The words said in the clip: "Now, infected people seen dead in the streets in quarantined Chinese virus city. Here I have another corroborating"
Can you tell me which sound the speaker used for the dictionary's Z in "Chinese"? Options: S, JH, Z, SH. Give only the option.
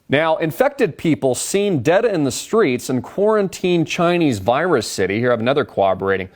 Z